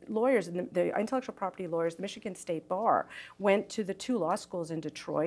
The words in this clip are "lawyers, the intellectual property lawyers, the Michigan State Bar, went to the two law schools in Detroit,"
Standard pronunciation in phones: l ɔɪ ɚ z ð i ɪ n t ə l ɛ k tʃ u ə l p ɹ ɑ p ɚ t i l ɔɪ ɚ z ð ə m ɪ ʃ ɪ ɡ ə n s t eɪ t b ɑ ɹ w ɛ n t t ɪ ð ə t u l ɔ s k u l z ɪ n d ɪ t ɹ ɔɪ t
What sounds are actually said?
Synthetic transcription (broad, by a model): l ɔɪ ɚ z ð i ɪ n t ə l ɛ k tʃ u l p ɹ ɑ p ɚ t i l ɔɪ ɚ z ð ə m ɪ ʃ ɪ ɡ ə n s t eɪ t b ɑ ɹ w ɛ n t t ɪ ð ə t u l ɔ s k u l z ɪ n d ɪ t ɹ ɔɪ